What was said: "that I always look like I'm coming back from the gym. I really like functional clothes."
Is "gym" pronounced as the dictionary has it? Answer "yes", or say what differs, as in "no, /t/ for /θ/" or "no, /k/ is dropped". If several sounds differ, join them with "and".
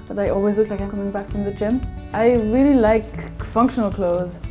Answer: no, /tʃ/ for /dʒ/